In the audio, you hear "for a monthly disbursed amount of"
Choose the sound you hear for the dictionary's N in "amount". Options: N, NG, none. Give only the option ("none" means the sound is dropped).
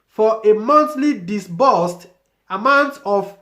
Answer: N